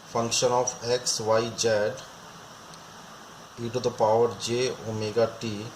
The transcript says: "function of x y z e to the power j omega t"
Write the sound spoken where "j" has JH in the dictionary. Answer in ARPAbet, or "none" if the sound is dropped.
JH